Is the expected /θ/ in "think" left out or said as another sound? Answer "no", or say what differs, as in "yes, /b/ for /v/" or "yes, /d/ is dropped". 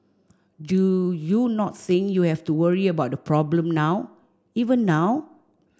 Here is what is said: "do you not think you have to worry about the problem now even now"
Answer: yes, /s/ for /θ/